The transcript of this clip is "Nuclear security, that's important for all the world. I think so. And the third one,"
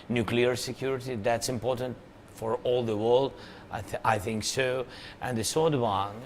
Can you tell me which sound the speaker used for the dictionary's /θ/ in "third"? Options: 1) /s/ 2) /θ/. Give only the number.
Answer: 1